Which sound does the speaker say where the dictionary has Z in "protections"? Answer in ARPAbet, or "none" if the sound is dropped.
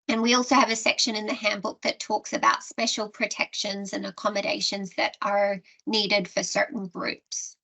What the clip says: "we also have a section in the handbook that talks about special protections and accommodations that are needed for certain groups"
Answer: Z